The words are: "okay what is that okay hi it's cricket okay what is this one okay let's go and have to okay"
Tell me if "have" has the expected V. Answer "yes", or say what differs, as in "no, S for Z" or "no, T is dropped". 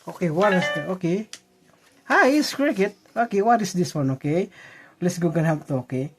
no, P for V